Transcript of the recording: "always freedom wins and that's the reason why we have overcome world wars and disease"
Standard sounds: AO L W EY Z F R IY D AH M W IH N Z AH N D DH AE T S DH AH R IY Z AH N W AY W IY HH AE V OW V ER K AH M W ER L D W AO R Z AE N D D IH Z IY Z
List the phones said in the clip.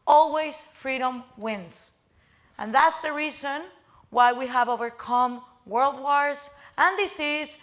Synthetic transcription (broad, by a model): AO L W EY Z F R IY D AH M W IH N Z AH N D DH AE T S DH AH R IY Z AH N W AY W IY HH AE V OW V ER K AH M W ER L D W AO R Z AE N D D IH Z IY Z